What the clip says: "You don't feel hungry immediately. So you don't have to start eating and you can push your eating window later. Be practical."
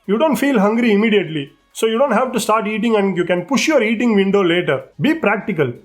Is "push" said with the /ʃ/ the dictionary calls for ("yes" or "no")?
yes